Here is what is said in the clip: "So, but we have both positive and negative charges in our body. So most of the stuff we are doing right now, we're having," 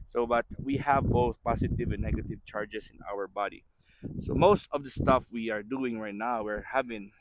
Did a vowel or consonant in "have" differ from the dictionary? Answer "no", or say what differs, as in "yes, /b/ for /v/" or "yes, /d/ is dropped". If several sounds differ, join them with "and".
no